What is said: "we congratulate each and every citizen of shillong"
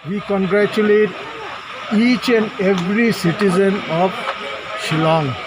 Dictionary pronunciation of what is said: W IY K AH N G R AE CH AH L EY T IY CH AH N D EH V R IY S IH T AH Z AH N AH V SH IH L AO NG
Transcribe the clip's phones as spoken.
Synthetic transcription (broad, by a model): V IY K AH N G R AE CH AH L EY T IY CH AH N D EH V R IY S IH T AH Z AH N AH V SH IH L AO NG